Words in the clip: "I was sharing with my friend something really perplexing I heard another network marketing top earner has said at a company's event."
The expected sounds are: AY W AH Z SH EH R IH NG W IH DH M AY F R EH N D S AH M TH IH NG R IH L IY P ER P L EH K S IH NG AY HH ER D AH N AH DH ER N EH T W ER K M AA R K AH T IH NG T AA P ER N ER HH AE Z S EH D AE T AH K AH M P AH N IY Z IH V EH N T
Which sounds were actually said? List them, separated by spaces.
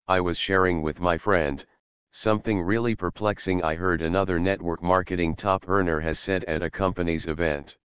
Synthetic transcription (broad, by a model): AY W AH Z SH EH R IH NG W IH DH M AY F R EH N D S AH M TH IH NG R IH L IY P ER P L EH K S IH NG AY HH ER D AH N AH DH ER N EH T W ER K M AA R K AH T IH NG T AA P ER N ER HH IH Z S EH D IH T AH K AH M P AH N IY Z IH V EH N T